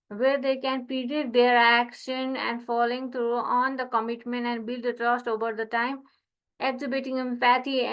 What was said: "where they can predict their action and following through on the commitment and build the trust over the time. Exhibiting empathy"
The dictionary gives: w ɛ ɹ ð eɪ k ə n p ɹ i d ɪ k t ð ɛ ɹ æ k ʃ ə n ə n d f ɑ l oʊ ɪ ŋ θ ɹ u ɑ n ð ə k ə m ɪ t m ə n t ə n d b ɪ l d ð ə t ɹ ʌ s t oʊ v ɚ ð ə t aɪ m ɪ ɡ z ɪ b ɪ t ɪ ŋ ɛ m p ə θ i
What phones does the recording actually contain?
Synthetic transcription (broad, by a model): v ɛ ɹ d eɪ k ə n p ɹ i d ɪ t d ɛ ɹ æ k ʃ ə n ə n d f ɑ l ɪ ŋ t ɹ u ɑ n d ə k ə m ɪ t m ə n t ə n d b ɪ l d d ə t ɹ ʌ s t oʊ v ɚ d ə t aɪ m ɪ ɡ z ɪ b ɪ t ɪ ŋ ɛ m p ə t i